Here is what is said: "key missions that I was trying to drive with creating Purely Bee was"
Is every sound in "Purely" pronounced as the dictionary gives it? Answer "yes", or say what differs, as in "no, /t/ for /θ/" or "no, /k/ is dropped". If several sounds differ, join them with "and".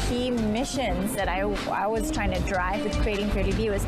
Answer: no, /l/ is dropped